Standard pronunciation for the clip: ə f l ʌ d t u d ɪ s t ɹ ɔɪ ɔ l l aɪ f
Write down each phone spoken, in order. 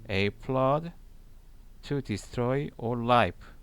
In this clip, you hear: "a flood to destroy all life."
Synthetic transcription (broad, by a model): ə p l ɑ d t u d ɪ s t ɹ ɔɪ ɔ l l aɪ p